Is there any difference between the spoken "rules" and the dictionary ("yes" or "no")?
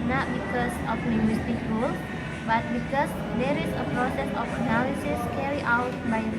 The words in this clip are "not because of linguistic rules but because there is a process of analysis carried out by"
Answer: yes